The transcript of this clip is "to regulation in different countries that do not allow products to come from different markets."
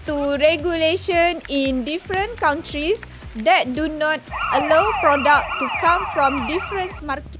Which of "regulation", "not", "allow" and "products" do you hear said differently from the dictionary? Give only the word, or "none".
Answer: products